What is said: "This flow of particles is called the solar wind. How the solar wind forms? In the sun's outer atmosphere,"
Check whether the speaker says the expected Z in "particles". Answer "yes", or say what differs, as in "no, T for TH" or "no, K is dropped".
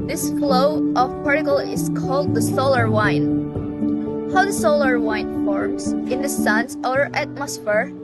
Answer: no, Z is dropped